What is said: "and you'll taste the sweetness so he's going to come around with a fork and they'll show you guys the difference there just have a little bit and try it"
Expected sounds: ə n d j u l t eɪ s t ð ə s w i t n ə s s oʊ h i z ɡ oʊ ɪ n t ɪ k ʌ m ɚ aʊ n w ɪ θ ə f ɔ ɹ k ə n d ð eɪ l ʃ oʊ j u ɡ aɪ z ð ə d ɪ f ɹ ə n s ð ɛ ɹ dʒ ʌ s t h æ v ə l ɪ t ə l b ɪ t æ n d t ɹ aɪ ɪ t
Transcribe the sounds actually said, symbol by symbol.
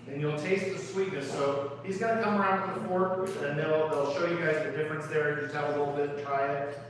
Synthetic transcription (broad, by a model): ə n j u l t eɪ s t ð ə s w i t n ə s s oʊ h i z ɡ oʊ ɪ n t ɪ k ʌ m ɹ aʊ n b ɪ ə f ɔ ɹ ə n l ð eɪ l ʃ oʊ j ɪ ɡ aɪ z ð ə d ɪ f ɹ ə n s ð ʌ ɹ dʒ ʌ s t h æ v ə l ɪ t l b ɪ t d t ɹ aɪ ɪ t